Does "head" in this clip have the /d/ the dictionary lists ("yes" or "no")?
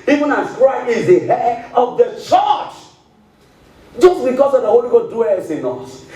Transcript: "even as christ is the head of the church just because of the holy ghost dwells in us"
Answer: no